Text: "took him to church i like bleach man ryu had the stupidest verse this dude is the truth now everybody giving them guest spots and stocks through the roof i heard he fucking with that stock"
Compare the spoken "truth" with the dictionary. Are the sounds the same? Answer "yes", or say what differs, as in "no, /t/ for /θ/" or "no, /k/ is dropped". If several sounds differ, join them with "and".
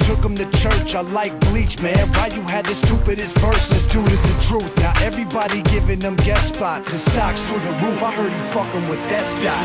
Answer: yes